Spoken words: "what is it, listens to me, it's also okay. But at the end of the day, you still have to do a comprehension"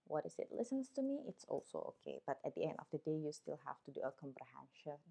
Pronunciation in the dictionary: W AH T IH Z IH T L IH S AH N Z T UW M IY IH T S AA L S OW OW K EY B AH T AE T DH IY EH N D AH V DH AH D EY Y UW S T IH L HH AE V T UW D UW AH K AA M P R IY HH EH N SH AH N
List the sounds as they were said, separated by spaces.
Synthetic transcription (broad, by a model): W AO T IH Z IH T L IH S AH N S T UW M IY IH T S AA L S OW OW K EY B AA T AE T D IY EH N D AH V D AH D EY Y UW S T IH L HH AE F T UW D UW AH K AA M P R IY HH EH N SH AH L